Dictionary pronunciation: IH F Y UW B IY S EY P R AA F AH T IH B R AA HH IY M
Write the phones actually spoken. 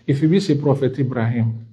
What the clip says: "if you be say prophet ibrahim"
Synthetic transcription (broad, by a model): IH F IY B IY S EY P R AA F AH T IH B R AA HH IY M